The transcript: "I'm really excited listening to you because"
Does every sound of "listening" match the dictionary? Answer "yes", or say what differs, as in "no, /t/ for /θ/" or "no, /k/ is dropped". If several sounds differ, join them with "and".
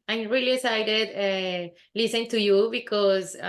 no, /n/ is dropped